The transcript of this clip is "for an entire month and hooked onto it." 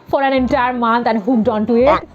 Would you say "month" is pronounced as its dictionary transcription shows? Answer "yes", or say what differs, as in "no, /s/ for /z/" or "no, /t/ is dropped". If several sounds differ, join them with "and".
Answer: no, /t/ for /θ/